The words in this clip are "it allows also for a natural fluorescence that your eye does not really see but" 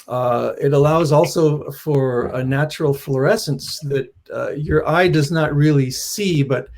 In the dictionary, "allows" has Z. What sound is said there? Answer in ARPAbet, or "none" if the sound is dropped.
Z